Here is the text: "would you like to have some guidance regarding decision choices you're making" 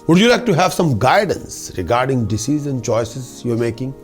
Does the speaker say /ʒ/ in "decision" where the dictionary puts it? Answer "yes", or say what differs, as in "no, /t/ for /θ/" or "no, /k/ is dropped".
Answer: no, /z/ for /ʒ/